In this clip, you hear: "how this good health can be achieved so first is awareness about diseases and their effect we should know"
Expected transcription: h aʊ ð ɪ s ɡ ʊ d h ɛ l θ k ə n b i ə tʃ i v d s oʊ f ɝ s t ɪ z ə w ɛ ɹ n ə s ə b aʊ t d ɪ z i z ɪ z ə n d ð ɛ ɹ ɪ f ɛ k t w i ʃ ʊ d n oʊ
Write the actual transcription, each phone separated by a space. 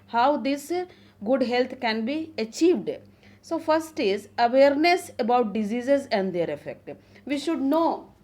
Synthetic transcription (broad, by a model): h aʊ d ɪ s ɡ ʊ d h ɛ l t k ə n b i ə tʃ i v d s oʊ f ɝ s t ɪ z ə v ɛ ɹ n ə s ə b aʊ t d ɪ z i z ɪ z ə n d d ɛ ɹ ɪ f ɛ k t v i ʃ ʊ d n oʊ